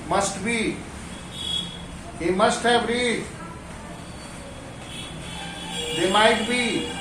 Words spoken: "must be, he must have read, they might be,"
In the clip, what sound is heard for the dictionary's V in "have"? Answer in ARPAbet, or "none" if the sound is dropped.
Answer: B